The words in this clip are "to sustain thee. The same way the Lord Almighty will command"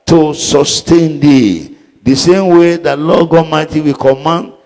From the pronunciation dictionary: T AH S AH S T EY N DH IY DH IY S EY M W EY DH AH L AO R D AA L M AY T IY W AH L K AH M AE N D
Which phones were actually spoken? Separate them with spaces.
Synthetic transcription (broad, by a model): T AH S AH S T EY N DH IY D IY S EY M W EY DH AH L AO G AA M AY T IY W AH K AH M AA N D